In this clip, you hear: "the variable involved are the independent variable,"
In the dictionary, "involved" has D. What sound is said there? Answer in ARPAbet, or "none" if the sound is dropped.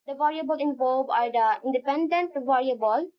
none